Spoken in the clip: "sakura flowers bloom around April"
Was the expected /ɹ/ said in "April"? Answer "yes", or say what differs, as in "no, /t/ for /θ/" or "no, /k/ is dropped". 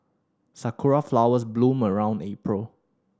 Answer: yes